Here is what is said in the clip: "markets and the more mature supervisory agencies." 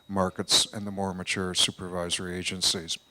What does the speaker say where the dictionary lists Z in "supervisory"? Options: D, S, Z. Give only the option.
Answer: Z